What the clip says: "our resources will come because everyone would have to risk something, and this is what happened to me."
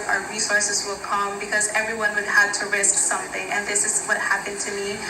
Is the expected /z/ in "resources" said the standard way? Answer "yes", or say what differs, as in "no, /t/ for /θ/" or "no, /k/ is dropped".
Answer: yes